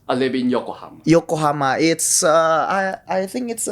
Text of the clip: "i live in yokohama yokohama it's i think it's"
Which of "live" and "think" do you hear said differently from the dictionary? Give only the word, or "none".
live